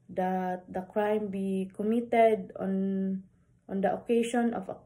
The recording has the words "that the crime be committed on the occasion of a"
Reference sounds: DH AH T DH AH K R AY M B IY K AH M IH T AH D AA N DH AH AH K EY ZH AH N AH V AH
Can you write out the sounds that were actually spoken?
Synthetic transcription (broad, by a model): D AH T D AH K R AY M B IY K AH M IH T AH D AA N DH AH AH K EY SH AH N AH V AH